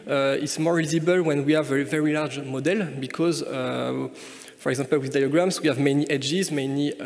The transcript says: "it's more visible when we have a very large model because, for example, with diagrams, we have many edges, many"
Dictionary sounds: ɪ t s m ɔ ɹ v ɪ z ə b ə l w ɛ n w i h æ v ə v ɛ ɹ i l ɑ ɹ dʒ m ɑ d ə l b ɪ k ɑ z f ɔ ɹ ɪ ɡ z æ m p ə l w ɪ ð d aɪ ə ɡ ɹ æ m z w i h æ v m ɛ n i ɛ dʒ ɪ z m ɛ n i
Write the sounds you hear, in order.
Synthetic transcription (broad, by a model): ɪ t s m ɔ ɹ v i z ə b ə l w ɛ n w i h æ v ə v ɛ ɹ i l ɑ ɹ dʒ m ɑ d ə l b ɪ k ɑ z f ɔ ɹ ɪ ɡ z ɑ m p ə l w ɪ ð d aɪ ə ɡ ɹ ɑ m s w i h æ v m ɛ n i ɛ dʒ ɪ z m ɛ n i